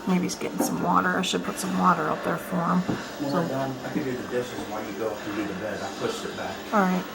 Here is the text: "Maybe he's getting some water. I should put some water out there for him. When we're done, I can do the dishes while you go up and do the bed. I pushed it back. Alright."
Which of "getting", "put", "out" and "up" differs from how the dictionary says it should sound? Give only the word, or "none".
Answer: up